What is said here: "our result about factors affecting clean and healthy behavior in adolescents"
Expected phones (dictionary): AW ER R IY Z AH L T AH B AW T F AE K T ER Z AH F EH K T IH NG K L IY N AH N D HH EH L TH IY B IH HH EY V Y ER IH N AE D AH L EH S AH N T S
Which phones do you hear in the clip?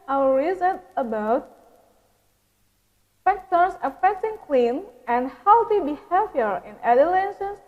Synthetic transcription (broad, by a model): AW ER R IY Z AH T AH B AW T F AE K T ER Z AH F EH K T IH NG K L IY N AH N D HH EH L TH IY B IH HH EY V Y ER IH N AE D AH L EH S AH N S